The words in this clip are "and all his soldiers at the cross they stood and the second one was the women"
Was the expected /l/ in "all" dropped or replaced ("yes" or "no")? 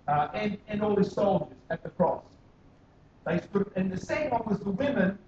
no